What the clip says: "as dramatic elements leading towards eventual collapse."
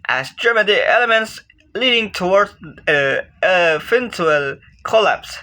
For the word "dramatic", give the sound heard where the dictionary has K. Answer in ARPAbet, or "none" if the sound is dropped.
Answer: none